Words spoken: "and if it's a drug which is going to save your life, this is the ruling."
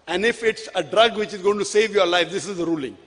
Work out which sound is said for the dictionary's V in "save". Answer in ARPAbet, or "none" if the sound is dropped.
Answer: V